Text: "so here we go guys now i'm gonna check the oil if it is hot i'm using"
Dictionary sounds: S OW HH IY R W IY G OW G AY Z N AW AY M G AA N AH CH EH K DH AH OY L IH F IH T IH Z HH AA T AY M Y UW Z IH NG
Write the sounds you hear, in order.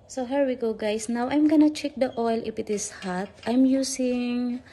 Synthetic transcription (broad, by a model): S OW HH IY R W IY G OW G AY S N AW AY M G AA N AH CH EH K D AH OY L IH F IH T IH S HH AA T AY M Y UW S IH NG